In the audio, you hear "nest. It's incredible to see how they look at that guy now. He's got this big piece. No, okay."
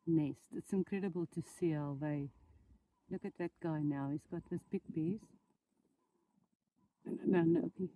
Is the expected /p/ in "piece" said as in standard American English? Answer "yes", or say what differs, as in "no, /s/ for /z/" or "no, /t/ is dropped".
no, /b/ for /p/